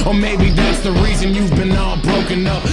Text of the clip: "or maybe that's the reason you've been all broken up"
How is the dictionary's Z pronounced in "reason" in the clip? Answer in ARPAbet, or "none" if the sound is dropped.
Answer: Z